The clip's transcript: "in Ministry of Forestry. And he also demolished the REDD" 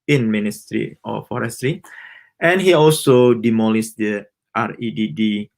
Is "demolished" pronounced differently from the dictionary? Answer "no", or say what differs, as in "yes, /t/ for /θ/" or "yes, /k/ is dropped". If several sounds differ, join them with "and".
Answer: yes, /s/ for /ʃ/